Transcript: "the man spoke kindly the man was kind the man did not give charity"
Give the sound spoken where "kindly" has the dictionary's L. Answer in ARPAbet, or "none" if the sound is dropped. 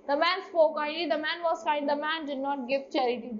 none